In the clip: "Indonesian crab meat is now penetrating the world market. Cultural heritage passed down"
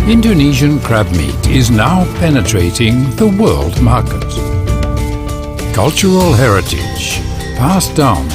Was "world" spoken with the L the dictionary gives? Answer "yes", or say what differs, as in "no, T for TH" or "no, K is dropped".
yes